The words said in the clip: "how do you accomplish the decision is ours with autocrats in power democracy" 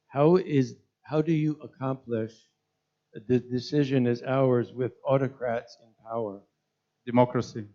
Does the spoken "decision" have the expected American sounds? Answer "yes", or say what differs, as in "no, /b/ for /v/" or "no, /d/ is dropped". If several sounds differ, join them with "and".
yes